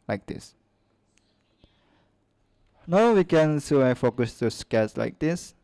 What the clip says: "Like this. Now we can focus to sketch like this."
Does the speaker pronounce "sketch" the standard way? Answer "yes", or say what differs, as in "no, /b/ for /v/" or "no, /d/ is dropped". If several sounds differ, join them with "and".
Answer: no, /s/ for /tʃ/